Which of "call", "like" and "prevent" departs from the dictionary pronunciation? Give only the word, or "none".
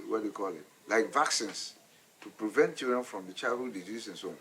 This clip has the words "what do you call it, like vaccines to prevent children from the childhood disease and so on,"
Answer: none